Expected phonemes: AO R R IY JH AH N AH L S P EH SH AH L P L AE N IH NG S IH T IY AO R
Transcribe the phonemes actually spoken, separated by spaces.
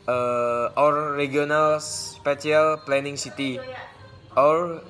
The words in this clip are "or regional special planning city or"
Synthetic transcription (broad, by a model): AO R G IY AH N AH L S P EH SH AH L P L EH N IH NG S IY T IY AO R